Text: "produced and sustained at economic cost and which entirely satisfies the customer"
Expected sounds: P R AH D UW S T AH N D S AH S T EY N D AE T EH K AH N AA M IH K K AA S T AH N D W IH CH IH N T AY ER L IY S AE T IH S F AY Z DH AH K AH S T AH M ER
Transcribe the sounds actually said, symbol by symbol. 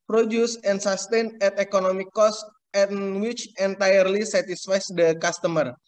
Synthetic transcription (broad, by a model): P R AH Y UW S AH N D S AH S T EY N EH T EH K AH N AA M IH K K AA S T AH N W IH CH IH N T AY ER L IY S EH T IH S F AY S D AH K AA S T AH M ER